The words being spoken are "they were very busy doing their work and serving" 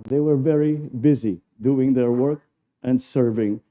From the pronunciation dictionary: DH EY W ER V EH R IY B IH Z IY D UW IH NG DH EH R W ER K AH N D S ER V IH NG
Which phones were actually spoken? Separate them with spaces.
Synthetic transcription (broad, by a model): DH EY W ER V EH R IY B IH Z IY D UW IH NG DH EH R W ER K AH N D S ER V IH NG